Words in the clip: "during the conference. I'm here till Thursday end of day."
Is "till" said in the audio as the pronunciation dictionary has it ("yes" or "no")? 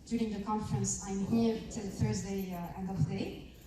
yes